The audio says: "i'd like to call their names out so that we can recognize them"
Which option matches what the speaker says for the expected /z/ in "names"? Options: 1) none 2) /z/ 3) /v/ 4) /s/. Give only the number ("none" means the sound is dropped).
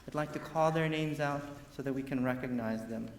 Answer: 2